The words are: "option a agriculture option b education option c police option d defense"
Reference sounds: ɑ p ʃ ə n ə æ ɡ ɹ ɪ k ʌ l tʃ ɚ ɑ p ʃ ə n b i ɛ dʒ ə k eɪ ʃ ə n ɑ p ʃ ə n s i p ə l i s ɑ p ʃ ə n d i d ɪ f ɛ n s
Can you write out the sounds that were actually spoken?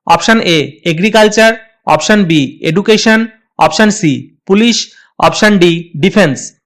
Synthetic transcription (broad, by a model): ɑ p ʃ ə n ə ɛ ɡ ɹ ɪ k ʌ l tʃ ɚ ɑ p ʃ ə n b i ɛ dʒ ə k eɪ ʃ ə n ɑ p ʃ ə n s i p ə l i ʃ ɑ p ʃ ə n d i d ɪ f ɛ n s